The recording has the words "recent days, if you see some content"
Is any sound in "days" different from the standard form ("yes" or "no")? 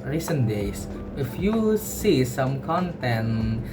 yes